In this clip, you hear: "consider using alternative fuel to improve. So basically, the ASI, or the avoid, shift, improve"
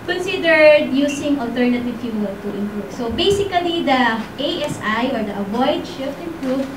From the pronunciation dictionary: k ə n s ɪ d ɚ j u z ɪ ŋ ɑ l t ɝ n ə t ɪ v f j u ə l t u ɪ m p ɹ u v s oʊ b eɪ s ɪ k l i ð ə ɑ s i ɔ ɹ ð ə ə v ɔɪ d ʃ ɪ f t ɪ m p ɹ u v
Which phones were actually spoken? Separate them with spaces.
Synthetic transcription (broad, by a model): k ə n s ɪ d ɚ j u s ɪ ŋ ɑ l t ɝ n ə t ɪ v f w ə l t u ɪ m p ɹ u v s oʊ b eɪ s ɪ k l i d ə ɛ s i ɔ ɹ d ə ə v ɔɪ d ʃ ɪ f t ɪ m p ɹ u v